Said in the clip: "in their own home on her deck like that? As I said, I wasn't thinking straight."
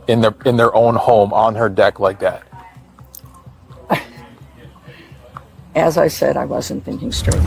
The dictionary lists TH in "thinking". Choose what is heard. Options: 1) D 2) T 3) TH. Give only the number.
3